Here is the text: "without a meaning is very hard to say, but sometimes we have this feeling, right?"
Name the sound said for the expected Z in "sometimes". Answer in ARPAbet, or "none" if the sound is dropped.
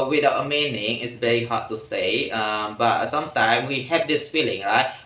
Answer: none